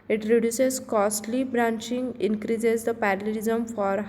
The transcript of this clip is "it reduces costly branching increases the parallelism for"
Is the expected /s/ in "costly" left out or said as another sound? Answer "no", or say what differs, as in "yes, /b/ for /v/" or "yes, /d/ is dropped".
no